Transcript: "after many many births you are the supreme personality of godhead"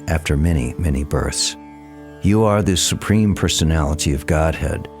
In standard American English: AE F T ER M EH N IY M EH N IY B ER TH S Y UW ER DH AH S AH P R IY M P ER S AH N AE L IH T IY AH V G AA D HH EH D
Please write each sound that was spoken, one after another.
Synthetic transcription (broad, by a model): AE F T ER M EH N IY M EH N IY B ER TH S Y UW ER DH AH S AH P R IY M P ER S AH N AE L IH T IY AH V G AA D HH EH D